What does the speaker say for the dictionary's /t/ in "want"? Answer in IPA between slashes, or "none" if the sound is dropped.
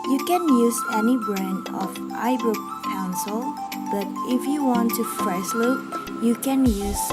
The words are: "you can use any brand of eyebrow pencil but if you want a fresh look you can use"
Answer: /t/